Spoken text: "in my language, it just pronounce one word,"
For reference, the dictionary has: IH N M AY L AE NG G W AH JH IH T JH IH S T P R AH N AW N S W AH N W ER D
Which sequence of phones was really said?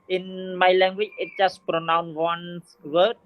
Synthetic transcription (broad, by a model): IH N M AY L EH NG G W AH CH IH T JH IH S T P R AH N AW N W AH N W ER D